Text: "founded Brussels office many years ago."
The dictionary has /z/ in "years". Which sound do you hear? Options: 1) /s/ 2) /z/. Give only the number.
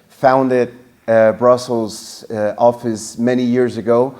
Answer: 2